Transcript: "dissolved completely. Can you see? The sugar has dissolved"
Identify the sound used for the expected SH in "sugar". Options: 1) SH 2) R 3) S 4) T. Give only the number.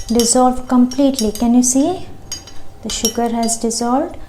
1